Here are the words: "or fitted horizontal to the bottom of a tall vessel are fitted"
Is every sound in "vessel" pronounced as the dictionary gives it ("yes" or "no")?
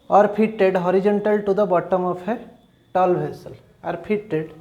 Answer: no